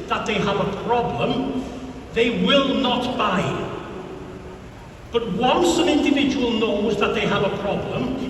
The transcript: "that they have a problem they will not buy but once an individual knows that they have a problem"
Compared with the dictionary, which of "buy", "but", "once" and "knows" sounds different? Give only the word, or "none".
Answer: none